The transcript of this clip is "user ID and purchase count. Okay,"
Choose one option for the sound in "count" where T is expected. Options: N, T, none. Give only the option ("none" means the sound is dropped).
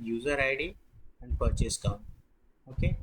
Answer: none